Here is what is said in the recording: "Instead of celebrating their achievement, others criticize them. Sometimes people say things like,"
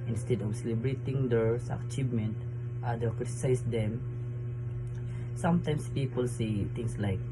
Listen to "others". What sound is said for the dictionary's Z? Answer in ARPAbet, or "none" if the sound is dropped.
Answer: none